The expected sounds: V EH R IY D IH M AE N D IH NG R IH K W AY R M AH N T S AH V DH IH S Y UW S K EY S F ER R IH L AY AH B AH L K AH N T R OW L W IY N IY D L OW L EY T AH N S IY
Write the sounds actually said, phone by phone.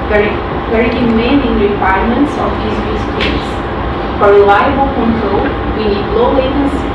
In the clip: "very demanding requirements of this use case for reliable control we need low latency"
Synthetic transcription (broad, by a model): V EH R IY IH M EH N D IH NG R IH K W AY R M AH N T S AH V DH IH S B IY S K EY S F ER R L AY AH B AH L K AH N T R OW L W IY N IY D L OW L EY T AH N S